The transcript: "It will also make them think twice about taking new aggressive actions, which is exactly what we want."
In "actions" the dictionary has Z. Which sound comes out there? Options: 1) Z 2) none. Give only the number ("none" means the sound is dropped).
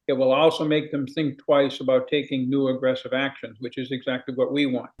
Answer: 1